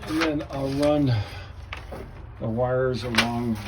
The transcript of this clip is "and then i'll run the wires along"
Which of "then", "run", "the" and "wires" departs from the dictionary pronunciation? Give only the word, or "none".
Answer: none